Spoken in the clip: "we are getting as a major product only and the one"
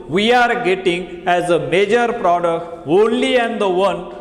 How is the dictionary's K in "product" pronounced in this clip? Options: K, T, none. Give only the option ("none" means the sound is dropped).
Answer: K